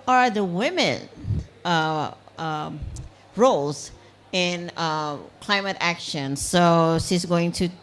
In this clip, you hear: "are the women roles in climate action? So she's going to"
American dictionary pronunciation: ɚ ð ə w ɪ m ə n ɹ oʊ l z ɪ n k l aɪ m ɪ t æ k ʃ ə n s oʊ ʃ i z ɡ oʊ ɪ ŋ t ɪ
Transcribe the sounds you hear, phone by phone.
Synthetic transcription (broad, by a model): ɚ ð ə w ɪ m ə n ɹ oʊ l z ɪ n k l aɪ m ɪ t æ k ʃ ə n s oʊ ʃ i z ɡ oʊ ɪ ŋ t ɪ